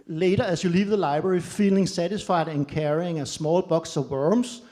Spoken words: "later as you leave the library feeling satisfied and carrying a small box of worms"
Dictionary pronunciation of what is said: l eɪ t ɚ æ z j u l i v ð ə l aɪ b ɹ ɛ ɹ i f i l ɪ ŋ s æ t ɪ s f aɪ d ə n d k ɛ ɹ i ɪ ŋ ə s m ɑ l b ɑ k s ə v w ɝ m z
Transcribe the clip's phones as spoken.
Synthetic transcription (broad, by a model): l eɪ t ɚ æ s j u l i v ð ə l aɪ b ɹ ɛ ɹ i f i l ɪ ŋ s æ t ɪ s f aɪ d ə n k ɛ ɹ i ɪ ŋ ə s m ɑ l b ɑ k s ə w ɝ m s